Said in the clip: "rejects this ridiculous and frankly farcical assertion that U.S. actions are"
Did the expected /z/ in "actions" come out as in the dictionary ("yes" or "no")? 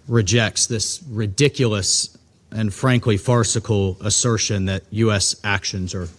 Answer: yes